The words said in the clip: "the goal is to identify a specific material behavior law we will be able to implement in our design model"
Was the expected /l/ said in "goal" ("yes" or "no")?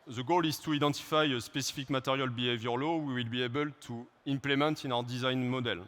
yes